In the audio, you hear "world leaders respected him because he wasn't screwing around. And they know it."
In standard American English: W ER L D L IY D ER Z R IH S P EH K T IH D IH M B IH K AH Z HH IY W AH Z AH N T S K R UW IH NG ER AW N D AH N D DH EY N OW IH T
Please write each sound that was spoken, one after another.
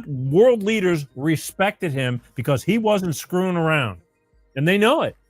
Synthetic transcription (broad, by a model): W ER L D L IY D ER Z R IH S P EH K T IH D IH M B IH K AH Z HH IY W AH Z AH N T S K R UW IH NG ER AW N D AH N DH EY N OW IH T